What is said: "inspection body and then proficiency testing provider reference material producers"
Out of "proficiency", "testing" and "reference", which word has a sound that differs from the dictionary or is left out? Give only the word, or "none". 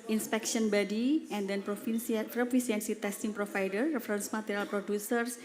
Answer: proficiency